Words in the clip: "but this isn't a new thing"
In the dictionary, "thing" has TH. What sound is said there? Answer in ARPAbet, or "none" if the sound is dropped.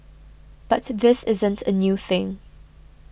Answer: TH